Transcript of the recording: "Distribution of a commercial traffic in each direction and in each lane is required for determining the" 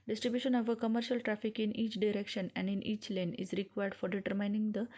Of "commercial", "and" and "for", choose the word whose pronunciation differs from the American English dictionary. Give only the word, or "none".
none